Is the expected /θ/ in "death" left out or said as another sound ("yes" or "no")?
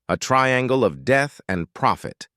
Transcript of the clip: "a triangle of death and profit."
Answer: no